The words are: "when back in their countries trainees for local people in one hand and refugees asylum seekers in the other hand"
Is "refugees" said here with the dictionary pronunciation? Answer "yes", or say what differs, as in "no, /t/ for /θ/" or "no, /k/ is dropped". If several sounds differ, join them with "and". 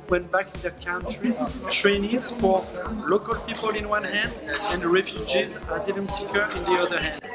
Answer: yes